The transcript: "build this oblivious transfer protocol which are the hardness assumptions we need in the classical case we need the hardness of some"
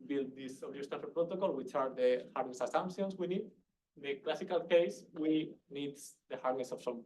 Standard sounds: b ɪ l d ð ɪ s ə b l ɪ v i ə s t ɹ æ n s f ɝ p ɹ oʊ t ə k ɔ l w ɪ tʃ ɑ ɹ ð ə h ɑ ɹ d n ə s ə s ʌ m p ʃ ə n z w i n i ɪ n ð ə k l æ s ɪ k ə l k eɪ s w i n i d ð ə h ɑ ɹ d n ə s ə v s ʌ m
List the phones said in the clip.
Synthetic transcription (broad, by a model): b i l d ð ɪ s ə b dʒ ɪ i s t æ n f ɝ p ɹ oʊ t ə k ɔ l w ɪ tʃ ɑ ɹ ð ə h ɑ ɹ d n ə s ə s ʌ m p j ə n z w i n i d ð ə k l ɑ s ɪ k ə l k eɪ s w i n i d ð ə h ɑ ɹ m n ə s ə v s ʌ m